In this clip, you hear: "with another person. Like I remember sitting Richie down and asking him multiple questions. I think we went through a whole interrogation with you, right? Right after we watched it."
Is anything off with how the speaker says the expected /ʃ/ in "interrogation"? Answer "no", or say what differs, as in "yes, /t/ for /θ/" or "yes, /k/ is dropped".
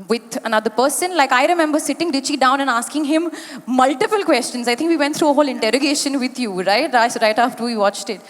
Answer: no